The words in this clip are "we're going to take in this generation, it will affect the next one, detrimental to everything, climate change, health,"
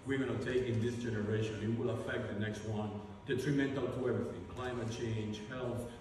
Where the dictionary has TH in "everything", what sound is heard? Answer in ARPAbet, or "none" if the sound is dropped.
TH